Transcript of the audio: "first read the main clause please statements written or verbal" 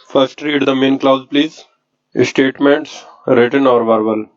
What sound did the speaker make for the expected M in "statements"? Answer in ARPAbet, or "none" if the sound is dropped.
M